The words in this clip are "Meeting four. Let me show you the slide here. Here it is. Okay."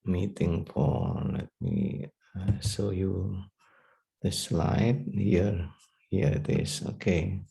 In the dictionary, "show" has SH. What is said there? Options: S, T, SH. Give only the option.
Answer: S